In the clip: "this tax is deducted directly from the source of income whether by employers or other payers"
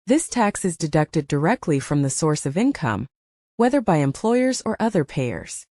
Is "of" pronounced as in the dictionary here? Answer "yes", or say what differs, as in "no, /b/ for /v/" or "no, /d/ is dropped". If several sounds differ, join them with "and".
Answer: yes